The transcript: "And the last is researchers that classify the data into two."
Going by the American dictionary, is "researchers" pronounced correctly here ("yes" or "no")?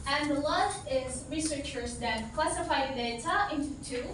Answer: yes